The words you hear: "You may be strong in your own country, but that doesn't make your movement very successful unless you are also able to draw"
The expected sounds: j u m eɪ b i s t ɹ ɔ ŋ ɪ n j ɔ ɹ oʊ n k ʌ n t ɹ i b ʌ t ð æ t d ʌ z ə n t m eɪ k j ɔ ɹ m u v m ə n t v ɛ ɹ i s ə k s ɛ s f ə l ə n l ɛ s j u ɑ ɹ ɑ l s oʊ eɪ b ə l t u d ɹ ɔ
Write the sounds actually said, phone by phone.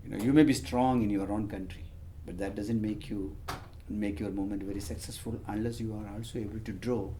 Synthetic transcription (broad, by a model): j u m eɪ b i s t ɹ ɔ ŋ ɪ n j ɔ ɹ oʊ n k ʌ n t ɹ i b ʌ t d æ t d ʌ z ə n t m eɪ k j ɔ ɹ m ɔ m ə n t v ɛ ɹ i s ə k s ɛ s f ə l ə n l ɛ s j u ɑ ɹ ɑ l s oʊ eɪ b ə l t u d ɹ ɔ